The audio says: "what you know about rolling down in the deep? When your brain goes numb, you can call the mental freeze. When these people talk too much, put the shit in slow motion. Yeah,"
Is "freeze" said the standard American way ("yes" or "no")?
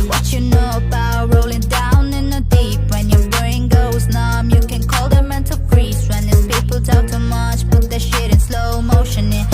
no